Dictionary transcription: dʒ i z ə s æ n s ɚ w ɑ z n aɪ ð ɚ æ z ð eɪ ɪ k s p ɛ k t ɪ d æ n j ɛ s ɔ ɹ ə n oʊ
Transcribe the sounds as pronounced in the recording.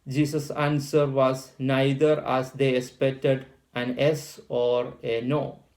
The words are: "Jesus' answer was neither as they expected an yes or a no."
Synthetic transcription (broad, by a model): dʒ i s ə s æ n s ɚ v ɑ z n aɪ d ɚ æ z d eɪ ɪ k s p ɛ k t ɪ d æ n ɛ s ɔ ɹ ə n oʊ